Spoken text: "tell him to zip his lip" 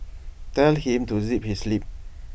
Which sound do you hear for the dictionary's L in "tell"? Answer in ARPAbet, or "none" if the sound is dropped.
L